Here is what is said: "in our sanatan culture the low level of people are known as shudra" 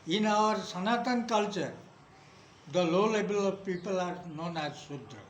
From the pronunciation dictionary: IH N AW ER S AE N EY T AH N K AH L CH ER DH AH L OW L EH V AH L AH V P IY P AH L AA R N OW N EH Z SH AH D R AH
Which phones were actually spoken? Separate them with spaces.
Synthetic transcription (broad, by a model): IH N AW ER S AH N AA T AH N K AH L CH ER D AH L OW L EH B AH L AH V P IY P AH L AA R N OW N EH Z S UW D R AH